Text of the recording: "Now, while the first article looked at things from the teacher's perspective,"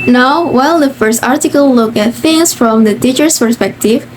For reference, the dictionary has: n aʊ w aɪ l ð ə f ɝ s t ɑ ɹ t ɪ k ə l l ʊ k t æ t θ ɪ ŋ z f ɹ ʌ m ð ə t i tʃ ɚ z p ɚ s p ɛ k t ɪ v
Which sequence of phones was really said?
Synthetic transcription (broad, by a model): n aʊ w aɪ l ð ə f ɝ s t ɑ ɹ t ɪ k ə l l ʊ k æ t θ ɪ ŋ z f ɹ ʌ m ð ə t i tʃ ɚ s p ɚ s p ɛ k t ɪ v